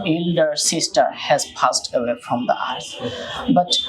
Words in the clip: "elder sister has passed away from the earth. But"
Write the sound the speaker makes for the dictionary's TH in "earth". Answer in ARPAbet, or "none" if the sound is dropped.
S